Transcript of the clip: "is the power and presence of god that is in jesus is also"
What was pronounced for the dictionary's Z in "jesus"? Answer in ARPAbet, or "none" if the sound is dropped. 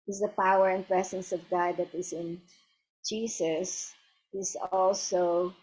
S